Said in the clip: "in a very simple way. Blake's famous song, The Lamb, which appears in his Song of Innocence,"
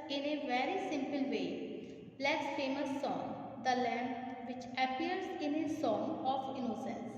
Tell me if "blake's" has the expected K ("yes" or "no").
no